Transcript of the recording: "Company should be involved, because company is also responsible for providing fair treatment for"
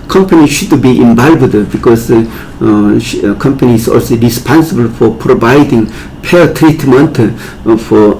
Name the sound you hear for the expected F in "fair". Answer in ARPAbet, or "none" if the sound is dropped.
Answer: P